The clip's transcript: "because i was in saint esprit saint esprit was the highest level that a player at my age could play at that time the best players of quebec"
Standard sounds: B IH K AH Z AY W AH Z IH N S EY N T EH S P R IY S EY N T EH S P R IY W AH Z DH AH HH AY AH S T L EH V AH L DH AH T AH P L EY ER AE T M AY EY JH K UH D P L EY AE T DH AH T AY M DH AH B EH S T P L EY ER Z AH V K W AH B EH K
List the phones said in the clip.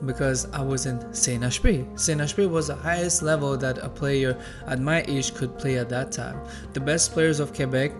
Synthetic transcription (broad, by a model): B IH K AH Z AY W AH Z IH N S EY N EH SH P IY S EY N EH SH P IY W AH Z DH AH HH AY AH S T L EH V AH L DH AH T AH P L EY ER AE T M AY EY SH K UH D P L EY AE T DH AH T AY M DH AH B EH S T P L EY ER Z AH V K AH B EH K